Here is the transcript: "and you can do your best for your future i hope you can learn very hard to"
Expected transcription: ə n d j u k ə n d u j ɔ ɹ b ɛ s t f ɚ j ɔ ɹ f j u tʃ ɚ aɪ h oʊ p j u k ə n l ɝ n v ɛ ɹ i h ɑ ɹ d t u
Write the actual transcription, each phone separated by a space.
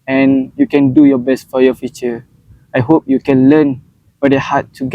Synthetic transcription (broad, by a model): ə n j u k ə n d u j ɔ b ɛ s t f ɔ j ɔ f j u tʃ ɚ aɪ h oʊ p j u k ə n l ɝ n w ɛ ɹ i h ɑ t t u